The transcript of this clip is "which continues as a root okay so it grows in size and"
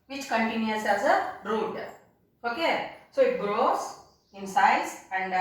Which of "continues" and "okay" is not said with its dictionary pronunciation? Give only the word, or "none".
continues